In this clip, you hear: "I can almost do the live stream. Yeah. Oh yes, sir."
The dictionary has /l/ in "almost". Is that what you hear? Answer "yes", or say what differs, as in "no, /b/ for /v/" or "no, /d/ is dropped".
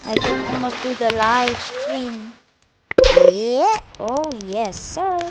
no, /l/ is dropped